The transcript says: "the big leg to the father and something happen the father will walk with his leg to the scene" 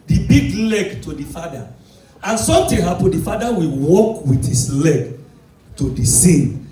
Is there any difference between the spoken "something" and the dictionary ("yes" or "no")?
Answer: yes